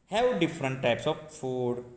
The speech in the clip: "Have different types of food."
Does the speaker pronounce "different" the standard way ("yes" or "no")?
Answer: yes